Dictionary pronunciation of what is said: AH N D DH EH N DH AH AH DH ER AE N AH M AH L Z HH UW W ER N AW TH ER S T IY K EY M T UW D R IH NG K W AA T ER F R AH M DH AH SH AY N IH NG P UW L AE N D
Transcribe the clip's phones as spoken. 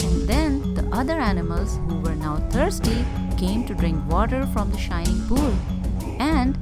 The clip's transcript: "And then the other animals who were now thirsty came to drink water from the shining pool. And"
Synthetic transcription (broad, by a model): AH N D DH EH N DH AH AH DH ER AE N AH M AH L Z HH UW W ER N AW T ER S T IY K EY M T UW D R IH NG K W AA T ER F R AH M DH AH SH AY N IH NG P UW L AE N D